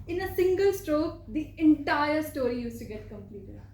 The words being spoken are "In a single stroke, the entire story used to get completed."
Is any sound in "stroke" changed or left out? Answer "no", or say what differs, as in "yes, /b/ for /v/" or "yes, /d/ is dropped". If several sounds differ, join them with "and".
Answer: no